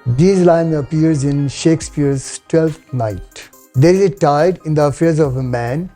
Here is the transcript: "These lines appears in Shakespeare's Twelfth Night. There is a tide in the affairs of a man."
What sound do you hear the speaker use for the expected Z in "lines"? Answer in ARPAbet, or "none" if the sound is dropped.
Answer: none